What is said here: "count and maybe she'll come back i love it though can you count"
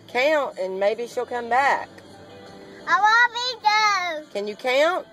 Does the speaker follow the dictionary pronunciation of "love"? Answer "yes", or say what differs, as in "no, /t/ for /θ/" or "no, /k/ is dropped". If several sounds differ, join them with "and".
no, /w/ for /l/